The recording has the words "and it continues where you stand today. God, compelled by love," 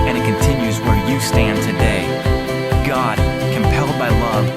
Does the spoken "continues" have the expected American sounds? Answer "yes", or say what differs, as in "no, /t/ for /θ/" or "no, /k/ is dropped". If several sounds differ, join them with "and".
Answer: yes